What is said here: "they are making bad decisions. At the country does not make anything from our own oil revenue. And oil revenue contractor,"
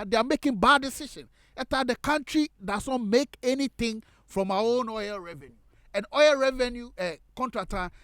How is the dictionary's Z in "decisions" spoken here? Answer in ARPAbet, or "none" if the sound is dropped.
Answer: none